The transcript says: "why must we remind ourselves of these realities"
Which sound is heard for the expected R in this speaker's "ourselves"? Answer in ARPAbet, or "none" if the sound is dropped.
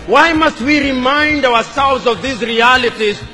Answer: W